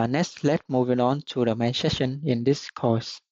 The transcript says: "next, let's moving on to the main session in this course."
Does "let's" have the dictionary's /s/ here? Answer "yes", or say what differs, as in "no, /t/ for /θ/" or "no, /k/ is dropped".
no, /s/ is dropped